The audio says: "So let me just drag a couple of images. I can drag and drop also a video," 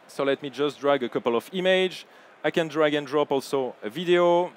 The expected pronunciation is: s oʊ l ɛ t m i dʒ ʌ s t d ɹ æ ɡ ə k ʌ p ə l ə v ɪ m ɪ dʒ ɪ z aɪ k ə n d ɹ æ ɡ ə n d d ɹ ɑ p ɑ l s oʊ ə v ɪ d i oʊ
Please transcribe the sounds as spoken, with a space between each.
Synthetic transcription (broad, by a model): s oʊ l ɛ t m i dʒ ʌ s t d ɹ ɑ ɡ ə k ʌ p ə l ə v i m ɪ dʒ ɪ ɪ k ə n d ɹ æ ɡ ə n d d ɹ ɑ p ɑ l s oʊ ə v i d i oʊ